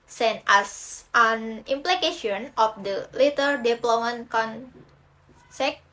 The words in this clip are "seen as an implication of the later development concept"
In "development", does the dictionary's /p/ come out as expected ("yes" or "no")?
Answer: no